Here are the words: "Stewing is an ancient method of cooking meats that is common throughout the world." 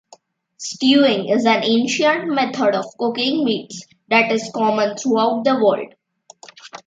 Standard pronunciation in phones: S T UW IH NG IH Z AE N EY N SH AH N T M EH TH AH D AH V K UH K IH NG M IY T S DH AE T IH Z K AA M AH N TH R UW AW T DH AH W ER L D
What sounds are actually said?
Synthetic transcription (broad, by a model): S T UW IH NG IH Z AE N EY N SH AH N T M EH T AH D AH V K UH K IH NG M IY T S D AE T IH Z K AA M AH N T R UW AW T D AH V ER L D